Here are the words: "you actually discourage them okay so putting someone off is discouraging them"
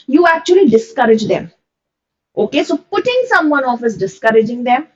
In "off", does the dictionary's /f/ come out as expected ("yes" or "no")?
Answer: yes